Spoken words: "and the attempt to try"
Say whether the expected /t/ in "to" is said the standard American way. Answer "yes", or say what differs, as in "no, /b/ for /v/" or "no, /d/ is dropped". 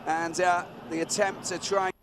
no, /s/ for /t/